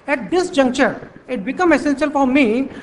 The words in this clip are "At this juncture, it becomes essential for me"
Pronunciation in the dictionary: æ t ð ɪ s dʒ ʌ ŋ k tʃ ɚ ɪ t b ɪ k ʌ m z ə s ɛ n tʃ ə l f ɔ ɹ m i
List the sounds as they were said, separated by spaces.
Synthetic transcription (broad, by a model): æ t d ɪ s dʒ ʌ ŋ k tʃ ɚ ɪ t b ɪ k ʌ m ə s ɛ n s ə l f ɔ ɹ m i